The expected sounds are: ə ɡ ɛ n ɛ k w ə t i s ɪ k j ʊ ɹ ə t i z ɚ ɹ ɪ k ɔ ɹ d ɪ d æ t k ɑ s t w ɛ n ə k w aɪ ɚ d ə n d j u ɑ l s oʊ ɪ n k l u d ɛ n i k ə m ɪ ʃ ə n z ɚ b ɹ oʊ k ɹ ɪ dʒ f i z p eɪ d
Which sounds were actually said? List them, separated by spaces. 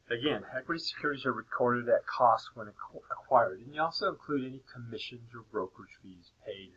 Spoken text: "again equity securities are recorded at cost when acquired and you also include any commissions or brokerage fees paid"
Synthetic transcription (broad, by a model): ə ɡ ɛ n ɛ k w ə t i s ɪ k j ʊ ɹ ə t i z ɚ ɹ ɪ k ɔ ɹ d ɪ d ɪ t k ɑ s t w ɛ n ə k w aɪ ɚ d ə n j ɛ ɑ l s oʊ ɪ n k l u d ɛ n i k ə m ɪ ʃ ə n z ɚ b ɹ oʊ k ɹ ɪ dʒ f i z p eɪ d